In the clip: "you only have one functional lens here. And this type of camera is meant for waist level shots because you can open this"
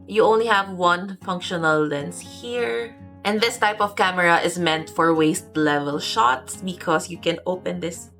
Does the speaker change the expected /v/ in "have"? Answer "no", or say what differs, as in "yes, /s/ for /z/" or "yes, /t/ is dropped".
no